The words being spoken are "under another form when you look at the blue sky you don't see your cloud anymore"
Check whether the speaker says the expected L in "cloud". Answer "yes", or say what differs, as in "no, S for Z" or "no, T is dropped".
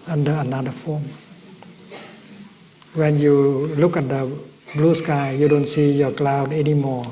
yes